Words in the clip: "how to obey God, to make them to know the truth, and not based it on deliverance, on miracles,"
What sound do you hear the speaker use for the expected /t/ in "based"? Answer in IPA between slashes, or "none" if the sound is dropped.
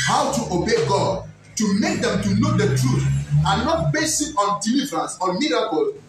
none